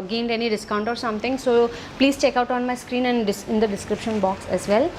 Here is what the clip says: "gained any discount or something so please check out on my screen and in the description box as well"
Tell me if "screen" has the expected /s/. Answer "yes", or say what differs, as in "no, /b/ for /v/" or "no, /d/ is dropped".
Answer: yes